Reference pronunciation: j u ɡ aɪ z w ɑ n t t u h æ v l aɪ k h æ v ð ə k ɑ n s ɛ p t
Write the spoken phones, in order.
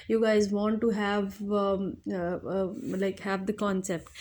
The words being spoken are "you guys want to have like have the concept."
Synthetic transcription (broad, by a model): j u ɡ aɪ z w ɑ n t t u h æ v l aɪ k h æ v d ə k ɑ n s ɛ p t